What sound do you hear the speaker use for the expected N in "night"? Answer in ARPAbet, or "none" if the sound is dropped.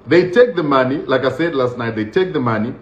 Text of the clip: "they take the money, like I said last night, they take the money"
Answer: N